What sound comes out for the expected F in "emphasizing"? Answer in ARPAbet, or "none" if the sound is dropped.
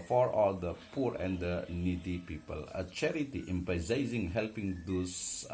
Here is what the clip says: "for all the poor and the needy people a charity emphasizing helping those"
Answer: P